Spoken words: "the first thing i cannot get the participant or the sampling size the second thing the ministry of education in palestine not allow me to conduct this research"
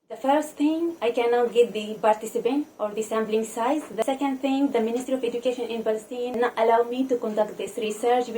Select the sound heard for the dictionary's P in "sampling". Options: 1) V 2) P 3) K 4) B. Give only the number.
4